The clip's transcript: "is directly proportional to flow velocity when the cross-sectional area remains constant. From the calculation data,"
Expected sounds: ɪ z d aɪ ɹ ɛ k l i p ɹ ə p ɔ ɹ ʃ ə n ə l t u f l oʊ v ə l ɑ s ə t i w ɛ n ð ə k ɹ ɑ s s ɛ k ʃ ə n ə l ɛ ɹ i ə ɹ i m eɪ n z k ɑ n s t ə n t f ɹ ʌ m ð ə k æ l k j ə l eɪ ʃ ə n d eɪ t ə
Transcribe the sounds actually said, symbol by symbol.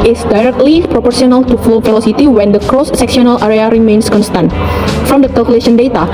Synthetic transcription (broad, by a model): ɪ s d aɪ ɹ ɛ k l i p ɹ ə p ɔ ɹ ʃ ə n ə l t u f l oʊ f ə l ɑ s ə t i w ɛ n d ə k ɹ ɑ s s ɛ k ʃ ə n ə l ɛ ɹ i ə ɹ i m eɪ n s k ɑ n s t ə n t f ɹ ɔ m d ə k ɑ l k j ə l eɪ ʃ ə n d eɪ t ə